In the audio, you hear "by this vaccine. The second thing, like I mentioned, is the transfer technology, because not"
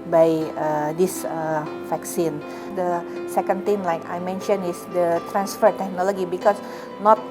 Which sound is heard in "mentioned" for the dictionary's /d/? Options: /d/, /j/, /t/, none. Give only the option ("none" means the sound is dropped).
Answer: none